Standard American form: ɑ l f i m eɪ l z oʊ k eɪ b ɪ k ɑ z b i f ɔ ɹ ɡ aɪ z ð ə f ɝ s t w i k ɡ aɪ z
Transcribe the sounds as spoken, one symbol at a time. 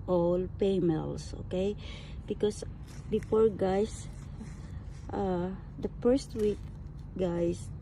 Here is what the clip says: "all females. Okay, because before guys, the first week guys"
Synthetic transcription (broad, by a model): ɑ l p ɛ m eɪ l s oʊ k eɪ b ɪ k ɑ s b i f ɔ ɹ ɡ aɪ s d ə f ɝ s t w i k ɡ aɪ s